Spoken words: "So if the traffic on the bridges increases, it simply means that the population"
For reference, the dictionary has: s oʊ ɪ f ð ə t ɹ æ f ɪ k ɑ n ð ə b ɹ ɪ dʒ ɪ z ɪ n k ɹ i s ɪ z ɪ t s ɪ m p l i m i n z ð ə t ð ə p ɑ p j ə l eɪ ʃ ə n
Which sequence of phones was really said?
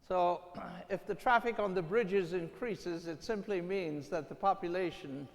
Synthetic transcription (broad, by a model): s oʊ ɪ f ð ə t ɹ æ f ɪ k n ð ə b ɹ ɪ dʒ ɪ z ɪ n k ɹ i s ɪ z ɪ t s ɪ m p l i m i n z ð ə t ð ə p ɑ p j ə l eɪ ʃ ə n